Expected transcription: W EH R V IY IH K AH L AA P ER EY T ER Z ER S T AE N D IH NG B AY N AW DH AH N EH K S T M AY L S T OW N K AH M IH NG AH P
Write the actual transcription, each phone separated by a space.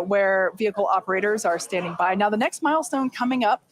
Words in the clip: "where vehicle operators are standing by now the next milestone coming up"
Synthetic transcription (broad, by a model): W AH R V IY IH K L AA P ER EY T ER Z ER S T AE N D IH NG B AY N AW DH AH N EH K S T M AY L S T OW N K AH M IH NG AH P